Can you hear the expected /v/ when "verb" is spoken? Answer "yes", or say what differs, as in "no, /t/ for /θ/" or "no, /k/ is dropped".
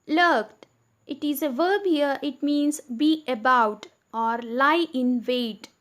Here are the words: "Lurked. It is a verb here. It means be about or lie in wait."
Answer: yes